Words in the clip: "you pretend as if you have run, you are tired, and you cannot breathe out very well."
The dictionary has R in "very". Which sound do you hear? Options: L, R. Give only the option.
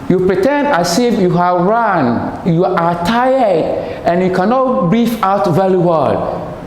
L